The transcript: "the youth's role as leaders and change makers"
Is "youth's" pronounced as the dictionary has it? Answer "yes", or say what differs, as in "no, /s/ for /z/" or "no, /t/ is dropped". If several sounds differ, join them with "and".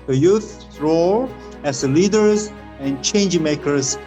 no, /s/ is dropped